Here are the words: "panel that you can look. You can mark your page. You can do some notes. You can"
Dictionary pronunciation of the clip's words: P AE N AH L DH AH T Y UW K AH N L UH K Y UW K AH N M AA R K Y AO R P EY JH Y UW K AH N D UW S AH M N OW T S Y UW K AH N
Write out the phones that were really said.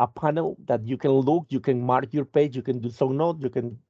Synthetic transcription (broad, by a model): P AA N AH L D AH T Y UW K AH N L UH K Y UW K AH N M AA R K Y AO R P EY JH Y UW K AH N D UW S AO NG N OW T Y UW K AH N